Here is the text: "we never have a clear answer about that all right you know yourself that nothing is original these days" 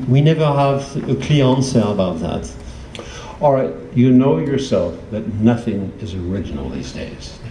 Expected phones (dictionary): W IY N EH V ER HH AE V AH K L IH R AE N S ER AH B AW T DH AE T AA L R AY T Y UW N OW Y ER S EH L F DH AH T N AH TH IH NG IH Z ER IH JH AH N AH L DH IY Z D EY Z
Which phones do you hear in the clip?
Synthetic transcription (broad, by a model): W IY N EH V ER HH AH V AH K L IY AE N S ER AH B AW T DH AE T AA L R AY T Y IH N OW Y ER S EH L F DH AH T N AH TH IH NG IH Z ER IH JH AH N L DH IY Z D EY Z